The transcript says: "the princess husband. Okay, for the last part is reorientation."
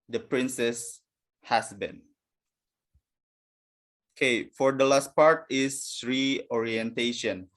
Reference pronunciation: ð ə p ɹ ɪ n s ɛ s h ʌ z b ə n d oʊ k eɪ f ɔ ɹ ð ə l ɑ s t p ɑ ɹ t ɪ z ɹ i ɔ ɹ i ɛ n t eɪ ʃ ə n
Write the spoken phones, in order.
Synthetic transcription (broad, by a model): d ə p ɹ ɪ n s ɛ s h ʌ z b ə n oʊ k eɪ f ɔ ɹ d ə l ɑ s t p ɑ ɹ t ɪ s ɹ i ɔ ɹ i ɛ n t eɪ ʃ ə n